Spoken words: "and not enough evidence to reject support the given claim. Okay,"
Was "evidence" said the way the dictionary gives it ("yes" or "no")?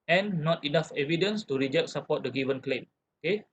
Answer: yes